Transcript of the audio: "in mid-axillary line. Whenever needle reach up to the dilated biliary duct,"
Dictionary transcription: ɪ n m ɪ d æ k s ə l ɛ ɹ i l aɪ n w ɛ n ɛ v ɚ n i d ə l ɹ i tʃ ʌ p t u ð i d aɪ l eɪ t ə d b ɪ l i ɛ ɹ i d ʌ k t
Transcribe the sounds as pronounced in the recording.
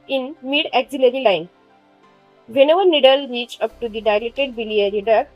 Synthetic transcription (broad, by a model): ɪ n m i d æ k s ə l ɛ ɹ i l aɪ n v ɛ n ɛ v ɚ n i d ə l ɹ i tʃ ʌ p t u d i d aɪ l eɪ t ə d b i l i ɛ ɹ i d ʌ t